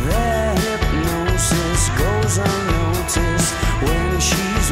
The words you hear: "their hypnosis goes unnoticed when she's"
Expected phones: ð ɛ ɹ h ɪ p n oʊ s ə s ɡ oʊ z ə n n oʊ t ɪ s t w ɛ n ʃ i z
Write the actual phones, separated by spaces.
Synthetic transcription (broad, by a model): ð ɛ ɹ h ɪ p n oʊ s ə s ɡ oʊ ə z n oʊ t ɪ s w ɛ n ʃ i z